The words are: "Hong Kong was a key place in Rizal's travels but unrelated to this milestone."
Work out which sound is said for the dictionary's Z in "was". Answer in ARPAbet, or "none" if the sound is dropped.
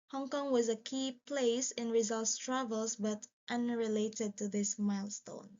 Z